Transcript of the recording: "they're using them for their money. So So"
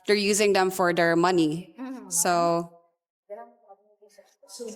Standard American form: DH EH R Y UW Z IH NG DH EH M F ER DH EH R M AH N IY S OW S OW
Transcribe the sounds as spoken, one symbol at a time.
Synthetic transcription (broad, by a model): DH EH R Y UW Z IH NG DH EH M F ER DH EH R M AH N IY S OW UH